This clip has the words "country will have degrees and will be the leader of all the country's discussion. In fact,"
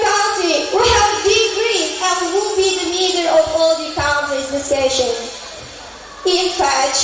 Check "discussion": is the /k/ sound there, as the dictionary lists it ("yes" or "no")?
no